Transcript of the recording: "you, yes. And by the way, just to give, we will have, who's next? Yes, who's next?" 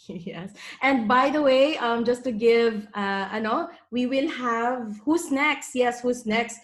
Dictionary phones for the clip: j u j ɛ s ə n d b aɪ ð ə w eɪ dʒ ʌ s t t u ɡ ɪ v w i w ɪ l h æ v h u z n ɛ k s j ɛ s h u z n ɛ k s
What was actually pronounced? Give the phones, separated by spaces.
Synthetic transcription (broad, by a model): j j ɛ s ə n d b aɪ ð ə w eɪ dʒ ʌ s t t u ɡ ɪ v w i w ɪ l h æ v h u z n ɛ k s j ɛ s h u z n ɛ k s